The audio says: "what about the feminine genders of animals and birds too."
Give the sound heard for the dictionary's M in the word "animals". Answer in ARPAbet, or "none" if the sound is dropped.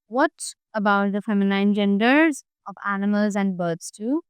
M